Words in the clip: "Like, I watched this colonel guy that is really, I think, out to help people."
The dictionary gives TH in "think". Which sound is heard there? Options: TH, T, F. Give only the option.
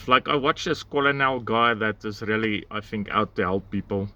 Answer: TH